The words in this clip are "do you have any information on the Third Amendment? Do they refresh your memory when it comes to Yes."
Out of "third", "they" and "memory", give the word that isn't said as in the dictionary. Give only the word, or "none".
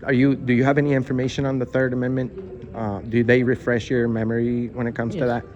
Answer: none